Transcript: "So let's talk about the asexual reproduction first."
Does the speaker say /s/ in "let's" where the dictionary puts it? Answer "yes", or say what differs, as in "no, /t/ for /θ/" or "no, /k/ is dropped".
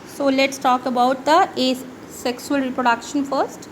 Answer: yes